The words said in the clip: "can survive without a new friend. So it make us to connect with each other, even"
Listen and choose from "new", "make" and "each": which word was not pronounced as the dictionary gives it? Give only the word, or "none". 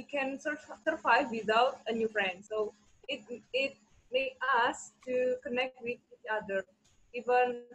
make